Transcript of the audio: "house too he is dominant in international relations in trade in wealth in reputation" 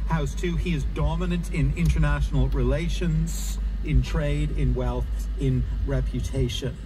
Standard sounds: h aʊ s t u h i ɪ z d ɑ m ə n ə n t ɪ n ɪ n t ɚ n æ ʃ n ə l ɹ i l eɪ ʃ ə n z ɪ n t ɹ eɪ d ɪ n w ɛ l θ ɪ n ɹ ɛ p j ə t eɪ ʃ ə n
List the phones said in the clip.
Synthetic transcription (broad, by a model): h aʊ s t u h i ɪ z d ɑ m ə n ə n t ɪ n ɪ n t ɚ n æ ʃ n l ɹ i l eɪ ʃ ə n z ɪ n t ɹ eɪ d ɪ n w ɛ l θ ɪ n ɹ ɛ p j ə t eɪ ʃ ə n